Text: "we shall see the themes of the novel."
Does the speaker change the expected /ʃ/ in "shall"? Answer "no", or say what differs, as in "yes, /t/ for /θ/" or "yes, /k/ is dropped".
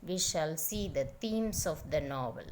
no